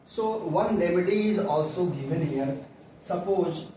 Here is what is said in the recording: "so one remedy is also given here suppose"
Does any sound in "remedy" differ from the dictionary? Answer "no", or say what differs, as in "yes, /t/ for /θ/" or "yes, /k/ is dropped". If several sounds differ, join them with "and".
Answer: yes, /l/ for /ɹ/